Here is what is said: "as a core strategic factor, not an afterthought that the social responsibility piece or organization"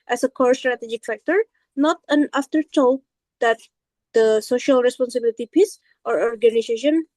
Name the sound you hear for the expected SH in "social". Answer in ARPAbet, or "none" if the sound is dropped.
SH